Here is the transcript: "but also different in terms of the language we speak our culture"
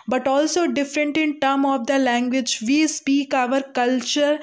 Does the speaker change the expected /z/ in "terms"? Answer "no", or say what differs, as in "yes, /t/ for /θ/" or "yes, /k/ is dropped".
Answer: yes, /z/ is dropped